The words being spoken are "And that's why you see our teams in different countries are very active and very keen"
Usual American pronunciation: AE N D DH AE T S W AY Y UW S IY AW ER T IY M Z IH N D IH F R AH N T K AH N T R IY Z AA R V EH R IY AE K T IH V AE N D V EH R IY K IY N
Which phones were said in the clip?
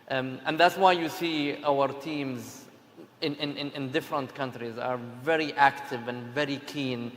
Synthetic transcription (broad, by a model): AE N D DH AE T S W AY Y UW S IY AW ER T IY M Z IH N D IH F R AH N T K AH N T R IY Z AA R V EH R IY AE K T IH V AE N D V EH R IY K IY N